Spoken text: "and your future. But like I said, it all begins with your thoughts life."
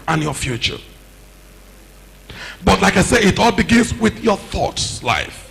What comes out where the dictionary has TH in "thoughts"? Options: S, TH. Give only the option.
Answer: TH